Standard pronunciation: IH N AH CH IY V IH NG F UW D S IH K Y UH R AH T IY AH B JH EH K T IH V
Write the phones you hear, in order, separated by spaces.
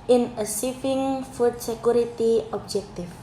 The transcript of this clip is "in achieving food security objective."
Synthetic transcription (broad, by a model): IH N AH S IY F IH NG F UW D S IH K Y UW R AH T IY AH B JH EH K T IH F